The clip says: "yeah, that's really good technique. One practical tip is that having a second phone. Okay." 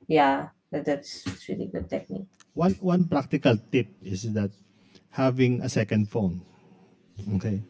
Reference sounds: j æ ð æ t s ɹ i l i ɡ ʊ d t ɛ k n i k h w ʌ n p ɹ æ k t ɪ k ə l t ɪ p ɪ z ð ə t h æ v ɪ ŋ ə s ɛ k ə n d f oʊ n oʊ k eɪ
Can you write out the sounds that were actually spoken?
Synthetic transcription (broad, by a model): j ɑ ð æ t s ɹ i l i ɡ ʊ d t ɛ k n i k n w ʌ n p ɹ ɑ k t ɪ k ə l t ɪ p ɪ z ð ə t h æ v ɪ ŋ ə s ɛ k ə n d f oʊ n oʊ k eɪ